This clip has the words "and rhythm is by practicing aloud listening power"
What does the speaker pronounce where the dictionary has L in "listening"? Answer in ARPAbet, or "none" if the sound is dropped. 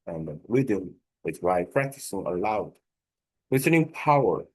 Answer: W